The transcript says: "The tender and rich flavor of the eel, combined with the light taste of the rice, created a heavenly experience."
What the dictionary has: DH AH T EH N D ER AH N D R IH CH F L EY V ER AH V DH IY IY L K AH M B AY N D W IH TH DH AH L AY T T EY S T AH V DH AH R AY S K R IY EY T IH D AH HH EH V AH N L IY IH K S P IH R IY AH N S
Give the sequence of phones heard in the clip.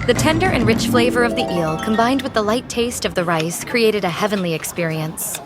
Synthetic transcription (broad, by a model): DH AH T EH N D ER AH N R IH CH F L EY V ER AH V DH IY IY L K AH M B AY N D W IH DH AH L AY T T EY S T AH V DH AH R AY S K R IY EY T IH D AH HH EH V AH N L IY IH K S P IH R IY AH N S